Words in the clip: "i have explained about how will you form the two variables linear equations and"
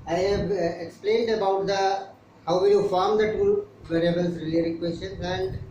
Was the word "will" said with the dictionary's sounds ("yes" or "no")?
no